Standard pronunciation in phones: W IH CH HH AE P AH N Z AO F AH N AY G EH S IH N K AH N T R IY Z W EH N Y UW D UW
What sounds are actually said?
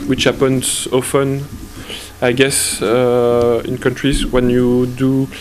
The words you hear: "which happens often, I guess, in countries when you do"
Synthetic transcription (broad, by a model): W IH CH HH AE P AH N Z AO F AH N AY G EH S IH N K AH N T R IY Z W EH N Y UW D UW